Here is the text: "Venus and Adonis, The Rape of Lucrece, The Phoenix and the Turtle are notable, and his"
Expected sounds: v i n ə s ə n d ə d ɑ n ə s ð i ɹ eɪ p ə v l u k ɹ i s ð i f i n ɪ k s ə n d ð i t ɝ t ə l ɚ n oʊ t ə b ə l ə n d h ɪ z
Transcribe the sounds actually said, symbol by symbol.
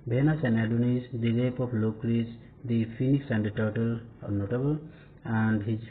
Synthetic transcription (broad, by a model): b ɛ n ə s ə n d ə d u n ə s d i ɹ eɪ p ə p l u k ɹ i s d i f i n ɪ k s ə n d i t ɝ t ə l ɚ n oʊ t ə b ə l ə n d h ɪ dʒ